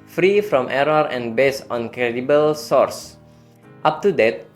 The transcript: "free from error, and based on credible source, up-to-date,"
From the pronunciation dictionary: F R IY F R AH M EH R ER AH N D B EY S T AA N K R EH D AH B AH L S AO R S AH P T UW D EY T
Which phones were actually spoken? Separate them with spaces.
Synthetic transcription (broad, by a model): F R IY F R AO M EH R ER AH N B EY S AA N K R EH D AH B AH L S AO R S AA P T UW D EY T